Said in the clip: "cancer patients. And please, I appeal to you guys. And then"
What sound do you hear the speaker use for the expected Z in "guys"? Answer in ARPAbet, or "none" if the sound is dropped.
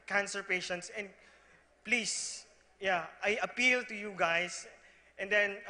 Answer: S